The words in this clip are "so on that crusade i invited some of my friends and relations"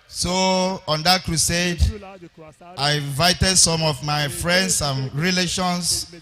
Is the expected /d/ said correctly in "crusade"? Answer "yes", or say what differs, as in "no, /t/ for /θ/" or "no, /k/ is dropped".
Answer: yes